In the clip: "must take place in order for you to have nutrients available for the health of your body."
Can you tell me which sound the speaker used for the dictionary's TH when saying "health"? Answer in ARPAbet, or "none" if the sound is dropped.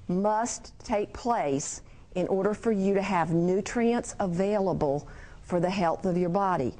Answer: TH